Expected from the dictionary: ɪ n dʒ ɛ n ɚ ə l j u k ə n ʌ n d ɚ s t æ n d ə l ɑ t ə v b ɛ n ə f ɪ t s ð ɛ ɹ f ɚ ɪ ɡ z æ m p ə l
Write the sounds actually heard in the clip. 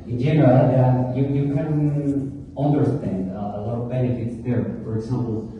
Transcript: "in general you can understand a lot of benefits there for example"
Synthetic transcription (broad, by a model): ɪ n dʒ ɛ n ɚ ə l j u k ə n ʌ n d ɚ s t æ n d ə l ɑ t ə v b ɛ n ə f ɪ t s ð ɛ ɹ f ɚ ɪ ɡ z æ m p l